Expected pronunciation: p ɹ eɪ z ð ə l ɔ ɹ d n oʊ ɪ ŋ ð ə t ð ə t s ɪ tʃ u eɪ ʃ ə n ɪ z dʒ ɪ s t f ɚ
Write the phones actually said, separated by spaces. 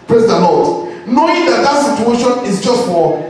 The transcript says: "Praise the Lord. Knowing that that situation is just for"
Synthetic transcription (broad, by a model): p ɹ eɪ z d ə n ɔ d n oʊ ɪ ŋ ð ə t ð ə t s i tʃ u eɪ ʃ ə n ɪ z dʒ ɪ s t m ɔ